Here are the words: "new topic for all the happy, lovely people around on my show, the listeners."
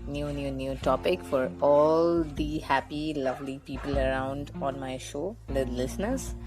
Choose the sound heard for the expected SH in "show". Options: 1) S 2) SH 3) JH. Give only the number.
2